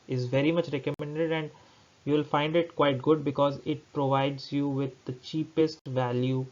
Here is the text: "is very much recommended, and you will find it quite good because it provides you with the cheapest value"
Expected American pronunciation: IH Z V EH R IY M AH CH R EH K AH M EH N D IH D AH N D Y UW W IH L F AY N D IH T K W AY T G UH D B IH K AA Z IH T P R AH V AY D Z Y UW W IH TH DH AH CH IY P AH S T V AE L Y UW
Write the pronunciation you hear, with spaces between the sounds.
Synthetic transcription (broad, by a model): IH Z V EH R IY M AH CH R EH K AH M EH N D IH D AH N D Y UW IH L F AY N D IH T K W AY T G UH D B IH K AA Z IH T P R AH V AY D Z Y UW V IH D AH CH IY P AH S T V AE L Y UW